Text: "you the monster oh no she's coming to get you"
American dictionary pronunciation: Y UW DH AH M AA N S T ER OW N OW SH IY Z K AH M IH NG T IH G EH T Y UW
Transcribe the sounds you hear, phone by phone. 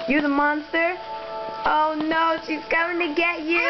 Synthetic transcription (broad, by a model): Y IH DH AH M AA N S T ER OW N OW SH IY Z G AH IH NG T IH G EH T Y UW